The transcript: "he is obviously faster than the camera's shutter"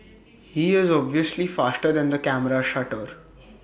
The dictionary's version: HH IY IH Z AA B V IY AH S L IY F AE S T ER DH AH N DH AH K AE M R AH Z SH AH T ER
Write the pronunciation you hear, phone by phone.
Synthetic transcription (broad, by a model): HH IY IH Z AA B V IY AH S L IY F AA S T ER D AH N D AH K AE M R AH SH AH T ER